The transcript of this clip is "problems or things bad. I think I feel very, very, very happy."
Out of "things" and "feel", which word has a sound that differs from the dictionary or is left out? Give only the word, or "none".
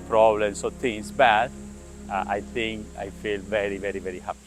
things